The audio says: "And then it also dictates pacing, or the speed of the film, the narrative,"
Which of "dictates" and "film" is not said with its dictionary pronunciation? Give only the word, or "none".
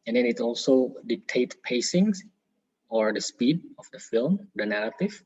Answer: dictates